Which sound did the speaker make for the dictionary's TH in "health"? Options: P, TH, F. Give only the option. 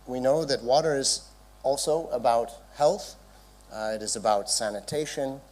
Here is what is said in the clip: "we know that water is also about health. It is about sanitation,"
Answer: TH